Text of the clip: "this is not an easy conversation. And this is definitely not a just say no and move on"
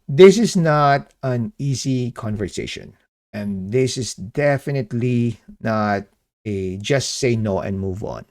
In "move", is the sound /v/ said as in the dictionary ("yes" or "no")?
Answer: yes